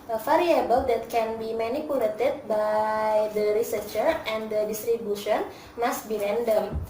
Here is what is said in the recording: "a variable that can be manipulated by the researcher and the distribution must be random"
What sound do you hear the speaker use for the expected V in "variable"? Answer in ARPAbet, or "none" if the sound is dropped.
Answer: F